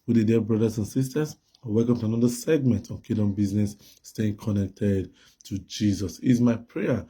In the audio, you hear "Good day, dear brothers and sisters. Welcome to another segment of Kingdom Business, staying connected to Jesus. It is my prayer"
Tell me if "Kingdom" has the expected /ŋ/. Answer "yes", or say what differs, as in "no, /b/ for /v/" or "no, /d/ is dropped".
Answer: no, /ŋ/ is dropped